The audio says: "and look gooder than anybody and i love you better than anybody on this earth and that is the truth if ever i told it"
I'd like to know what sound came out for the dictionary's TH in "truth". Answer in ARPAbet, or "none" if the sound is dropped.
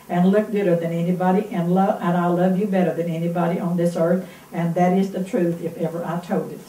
TH